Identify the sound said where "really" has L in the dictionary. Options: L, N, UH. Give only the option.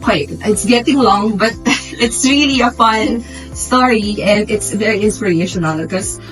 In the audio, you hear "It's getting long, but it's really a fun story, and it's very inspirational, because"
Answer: L